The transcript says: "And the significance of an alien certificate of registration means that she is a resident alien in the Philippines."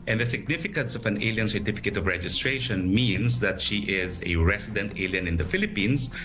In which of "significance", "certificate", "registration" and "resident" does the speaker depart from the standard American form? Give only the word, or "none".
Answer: resident